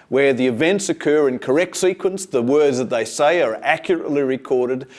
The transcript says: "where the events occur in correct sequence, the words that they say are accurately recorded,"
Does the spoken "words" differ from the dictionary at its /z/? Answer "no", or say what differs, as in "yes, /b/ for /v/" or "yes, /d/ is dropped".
no